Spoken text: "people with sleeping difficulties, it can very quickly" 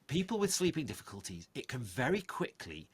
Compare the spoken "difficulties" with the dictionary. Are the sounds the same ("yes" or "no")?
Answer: yes